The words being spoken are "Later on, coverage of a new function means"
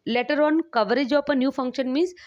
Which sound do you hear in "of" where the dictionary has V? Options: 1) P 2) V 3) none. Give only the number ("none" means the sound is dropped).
1